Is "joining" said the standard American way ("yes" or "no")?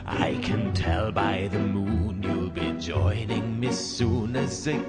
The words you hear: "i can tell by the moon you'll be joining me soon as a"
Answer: yes